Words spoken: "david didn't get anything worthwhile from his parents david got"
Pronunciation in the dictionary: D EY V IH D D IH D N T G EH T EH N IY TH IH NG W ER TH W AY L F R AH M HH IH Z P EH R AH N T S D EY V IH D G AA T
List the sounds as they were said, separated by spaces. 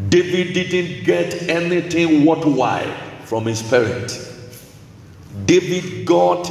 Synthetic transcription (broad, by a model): D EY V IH D D IH D N T G EH T EH N IY TH IH NG W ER T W AY F R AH M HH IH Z P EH R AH N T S D EY V IH D G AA T